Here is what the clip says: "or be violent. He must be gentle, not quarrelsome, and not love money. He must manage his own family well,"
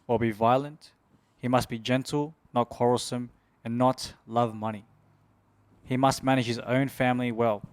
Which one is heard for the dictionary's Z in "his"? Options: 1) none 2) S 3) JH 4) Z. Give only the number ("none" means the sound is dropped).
4